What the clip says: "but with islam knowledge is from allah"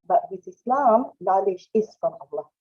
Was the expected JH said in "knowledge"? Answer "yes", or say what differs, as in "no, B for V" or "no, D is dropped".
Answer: no, SH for JH